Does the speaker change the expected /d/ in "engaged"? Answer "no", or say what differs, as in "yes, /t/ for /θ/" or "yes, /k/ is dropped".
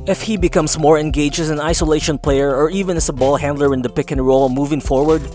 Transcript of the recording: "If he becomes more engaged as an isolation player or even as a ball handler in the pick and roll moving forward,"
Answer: yes, /d/ is dropped